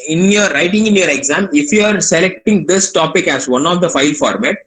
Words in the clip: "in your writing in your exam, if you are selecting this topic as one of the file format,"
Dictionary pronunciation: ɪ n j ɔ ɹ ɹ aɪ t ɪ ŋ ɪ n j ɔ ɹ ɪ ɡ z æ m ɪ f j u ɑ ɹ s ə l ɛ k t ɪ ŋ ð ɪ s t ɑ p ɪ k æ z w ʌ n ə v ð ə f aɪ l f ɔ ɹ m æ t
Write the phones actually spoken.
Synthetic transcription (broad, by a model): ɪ n j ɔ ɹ ɹ aɪ t ɪ ŋ ɪ n j ɔ ɹ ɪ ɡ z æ m ɪ f j u ɑ ɹ s ə l ɛ k t ɪ ŋ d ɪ s t ɑ p ɪ k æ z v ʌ n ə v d ə f aɪ l f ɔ ɹ m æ t